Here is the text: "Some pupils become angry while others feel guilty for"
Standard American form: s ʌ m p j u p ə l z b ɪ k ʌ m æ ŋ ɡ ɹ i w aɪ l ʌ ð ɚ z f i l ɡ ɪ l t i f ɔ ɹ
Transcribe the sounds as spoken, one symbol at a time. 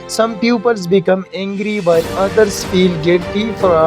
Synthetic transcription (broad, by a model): s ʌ m p j u p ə l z b ɪ k ʌ m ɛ ŋ ɡ ɹ i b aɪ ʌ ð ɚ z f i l ɡ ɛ t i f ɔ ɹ